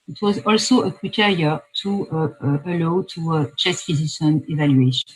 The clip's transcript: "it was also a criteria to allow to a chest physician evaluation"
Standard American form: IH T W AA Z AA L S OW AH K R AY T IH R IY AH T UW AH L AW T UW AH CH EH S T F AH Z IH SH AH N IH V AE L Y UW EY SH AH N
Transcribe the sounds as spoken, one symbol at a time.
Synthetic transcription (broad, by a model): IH T W AA Z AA L S OW AH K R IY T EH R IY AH T UW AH L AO T UW AH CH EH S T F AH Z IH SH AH N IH V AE L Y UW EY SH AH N